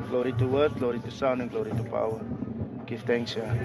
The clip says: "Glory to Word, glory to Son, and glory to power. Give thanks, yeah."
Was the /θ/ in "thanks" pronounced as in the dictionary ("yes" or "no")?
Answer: no